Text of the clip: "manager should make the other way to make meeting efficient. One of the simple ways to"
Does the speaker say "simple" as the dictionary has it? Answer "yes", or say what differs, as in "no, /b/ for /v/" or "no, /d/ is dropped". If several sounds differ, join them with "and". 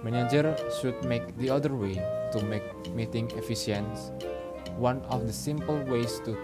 yes